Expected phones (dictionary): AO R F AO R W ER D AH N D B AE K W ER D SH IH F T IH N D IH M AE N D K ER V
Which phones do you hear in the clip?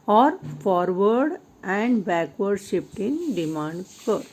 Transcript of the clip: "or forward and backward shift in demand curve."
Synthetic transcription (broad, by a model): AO R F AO R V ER D AH N D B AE K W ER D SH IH P T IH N D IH M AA N D K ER